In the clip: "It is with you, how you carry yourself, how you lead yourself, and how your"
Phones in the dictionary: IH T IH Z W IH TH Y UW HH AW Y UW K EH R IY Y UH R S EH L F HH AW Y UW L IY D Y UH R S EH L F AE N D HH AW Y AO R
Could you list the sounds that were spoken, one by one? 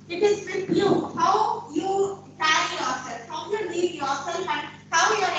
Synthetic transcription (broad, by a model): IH T IH Z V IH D Y UW HH AW Y UW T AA IY Y UH R S EH L F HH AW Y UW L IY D Y UH R S EH L F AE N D HH AW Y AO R